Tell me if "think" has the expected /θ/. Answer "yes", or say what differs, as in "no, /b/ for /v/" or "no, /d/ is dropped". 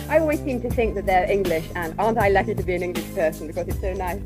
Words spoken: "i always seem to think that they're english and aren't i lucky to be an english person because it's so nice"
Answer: yes